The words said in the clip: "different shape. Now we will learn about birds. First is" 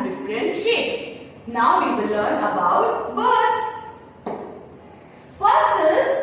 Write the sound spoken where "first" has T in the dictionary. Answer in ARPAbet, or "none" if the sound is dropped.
none